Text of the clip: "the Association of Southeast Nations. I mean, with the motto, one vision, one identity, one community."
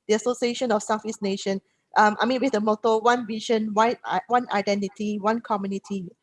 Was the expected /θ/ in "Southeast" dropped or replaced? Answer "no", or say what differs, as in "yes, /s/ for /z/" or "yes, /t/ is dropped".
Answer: yes, /f/ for /θ/